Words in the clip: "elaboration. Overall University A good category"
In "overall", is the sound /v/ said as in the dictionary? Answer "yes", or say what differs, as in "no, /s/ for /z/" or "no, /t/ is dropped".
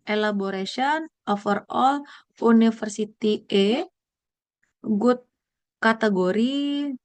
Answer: no, /f/ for /v/